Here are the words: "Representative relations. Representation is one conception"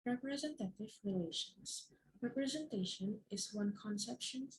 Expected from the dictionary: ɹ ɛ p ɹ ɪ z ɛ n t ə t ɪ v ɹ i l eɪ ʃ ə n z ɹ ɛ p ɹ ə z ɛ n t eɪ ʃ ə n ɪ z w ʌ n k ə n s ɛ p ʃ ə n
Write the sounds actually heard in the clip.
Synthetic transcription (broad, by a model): ɹ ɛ p ɹ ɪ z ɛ n t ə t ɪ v ɹ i l eɪ ʃ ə n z ɹ ɛ p ɹ ə z ɛ n t eɪ ʃ ə n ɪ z w ʌ n k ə n s ɛ p ʃ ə n